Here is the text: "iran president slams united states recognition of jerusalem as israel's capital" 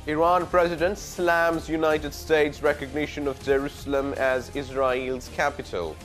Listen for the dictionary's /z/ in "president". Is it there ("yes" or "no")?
yes